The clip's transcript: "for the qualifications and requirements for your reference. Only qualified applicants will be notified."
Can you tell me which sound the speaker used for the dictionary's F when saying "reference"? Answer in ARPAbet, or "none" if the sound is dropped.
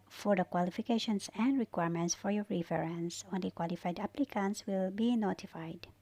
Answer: none